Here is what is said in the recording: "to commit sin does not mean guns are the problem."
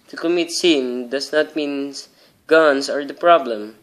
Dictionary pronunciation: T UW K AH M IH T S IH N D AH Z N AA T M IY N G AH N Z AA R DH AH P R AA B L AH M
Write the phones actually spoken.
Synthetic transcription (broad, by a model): T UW K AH M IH T S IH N D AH S N AA T M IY N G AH N S AA R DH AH P R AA B L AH M